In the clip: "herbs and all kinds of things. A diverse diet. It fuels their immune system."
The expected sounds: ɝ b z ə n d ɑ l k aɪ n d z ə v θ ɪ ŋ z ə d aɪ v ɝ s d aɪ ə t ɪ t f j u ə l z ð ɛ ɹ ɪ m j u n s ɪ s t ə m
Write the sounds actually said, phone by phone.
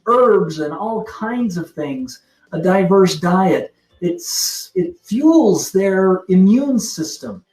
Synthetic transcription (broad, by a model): ɝ b z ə n ɑ l k aɪ n d z ə v θ ɪ ŋ z ə d aɪ v ɝ s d aɪ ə t ɪ t f j u l z ð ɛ ɹ ɪ m j u n s ɪ s t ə m